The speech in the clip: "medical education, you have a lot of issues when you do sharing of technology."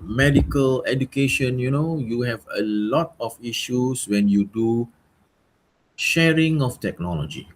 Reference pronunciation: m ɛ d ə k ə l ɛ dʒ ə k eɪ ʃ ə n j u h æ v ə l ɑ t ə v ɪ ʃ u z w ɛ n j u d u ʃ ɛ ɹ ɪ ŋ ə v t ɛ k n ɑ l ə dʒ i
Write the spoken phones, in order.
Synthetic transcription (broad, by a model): m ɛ d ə k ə l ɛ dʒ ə k eɪ ʃ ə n j u h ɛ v ə l ɑ t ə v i ʃ u s w ɛ n j u d u ʃ ɛ ɹ ɪ ŋ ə f t ɛ k n ɑ l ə dʒ i